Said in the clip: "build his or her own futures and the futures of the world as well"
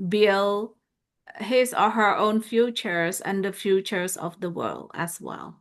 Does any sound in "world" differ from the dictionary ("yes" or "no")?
no